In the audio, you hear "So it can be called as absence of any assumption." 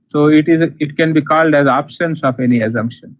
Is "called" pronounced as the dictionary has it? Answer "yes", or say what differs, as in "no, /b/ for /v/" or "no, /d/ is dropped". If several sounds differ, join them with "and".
yes